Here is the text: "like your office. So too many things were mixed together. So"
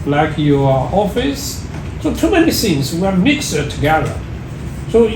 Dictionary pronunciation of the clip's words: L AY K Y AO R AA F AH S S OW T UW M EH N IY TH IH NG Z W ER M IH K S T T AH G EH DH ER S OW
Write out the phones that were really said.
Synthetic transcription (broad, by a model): L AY K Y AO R AA F AH S S OW T UW M EH N IY S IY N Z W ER M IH K S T T AH G EH DH ER S OW